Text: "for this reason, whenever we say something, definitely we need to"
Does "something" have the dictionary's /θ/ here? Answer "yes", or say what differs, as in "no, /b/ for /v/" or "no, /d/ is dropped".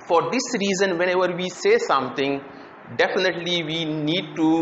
no, /t/ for /θ/